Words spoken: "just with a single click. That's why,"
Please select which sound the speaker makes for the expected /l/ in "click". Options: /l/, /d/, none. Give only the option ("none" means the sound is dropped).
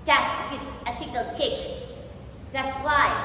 none